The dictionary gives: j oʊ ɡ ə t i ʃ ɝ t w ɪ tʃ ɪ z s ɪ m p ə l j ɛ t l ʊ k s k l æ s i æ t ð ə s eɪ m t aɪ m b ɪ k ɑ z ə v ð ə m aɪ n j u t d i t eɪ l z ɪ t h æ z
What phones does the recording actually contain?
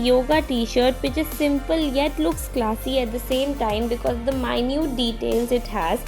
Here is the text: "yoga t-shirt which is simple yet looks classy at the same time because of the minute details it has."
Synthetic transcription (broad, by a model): j oʊ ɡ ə t i ʃ ɝ t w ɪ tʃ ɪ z s ɪ m p ə l j ɛ t l ʊ k s k l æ s i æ t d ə s eɪ m t aɪ m b ɪ k ɑ z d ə m aɪ n j u t d i t eɪ l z ɪ t h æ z